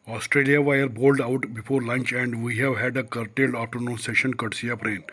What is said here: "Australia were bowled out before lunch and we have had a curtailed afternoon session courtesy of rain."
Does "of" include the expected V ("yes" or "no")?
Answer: no